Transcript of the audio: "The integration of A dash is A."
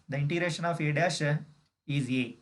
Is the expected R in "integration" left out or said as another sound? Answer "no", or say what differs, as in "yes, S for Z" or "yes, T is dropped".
no